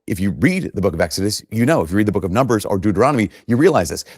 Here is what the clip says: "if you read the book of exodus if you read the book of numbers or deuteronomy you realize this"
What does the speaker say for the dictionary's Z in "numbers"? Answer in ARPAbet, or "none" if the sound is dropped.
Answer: Z